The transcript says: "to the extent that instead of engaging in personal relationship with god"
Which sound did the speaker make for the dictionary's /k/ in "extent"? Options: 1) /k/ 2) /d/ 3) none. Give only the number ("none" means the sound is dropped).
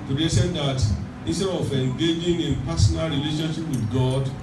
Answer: 3